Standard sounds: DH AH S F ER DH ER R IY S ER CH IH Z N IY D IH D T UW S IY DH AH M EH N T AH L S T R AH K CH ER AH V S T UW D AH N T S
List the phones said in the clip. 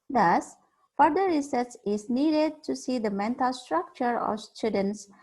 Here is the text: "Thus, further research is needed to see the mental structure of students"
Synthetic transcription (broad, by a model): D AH S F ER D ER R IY S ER S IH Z N IY D IH D T UW S IY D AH M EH N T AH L S T R AH K CH ER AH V S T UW D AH N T S